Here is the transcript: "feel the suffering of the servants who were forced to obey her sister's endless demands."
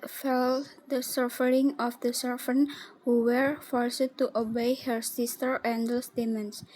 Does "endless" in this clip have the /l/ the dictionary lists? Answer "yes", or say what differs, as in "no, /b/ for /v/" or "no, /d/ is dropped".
no, /l/ is dropped